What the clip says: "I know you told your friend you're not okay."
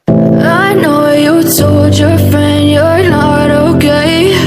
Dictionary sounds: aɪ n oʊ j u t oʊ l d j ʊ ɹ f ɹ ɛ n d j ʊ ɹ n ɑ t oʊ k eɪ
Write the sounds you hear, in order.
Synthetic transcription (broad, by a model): aɪ n oʊ j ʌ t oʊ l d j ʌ ɹ f ɹ ɛ n d j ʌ ɹ n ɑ t oʊ k eɪ